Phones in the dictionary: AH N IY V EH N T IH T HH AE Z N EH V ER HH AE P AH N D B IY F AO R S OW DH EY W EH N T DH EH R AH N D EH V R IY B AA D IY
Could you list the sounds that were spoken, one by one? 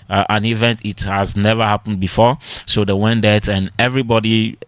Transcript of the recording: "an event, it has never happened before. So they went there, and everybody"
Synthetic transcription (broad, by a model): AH N IY V EH N T IH T HH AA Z N EH V ER HH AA P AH N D B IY F AO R S OW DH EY W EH N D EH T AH N EH V R IY B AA D IY